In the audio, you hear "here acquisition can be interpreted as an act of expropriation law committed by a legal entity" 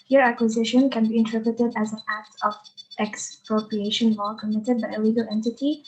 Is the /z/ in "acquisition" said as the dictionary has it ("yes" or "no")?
yes